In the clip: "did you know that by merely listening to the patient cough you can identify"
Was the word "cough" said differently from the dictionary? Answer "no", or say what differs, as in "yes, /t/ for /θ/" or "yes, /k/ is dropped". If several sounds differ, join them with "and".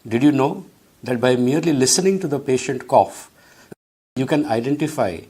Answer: no